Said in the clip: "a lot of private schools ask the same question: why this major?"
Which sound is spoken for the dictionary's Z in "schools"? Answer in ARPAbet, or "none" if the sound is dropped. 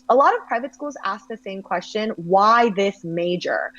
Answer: Z